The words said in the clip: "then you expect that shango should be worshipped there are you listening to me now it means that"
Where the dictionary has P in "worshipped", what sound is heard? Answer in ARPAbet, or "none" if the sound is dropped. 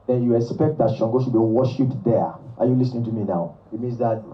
none